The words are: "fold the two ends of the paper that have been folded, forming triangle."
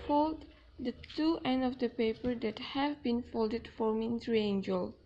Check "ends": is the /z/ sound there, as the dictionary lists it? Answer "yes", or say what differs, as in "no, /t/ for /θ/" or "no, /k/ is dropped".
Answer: no, /z/ is dropped